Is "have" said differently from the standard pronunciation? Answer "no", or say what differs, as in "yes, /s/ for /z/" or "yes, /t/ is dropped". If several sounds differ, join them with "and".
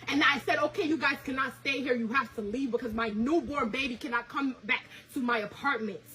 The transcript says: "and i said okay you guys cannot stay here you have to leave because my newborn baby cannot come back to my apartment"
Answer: yes, /f/ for /v/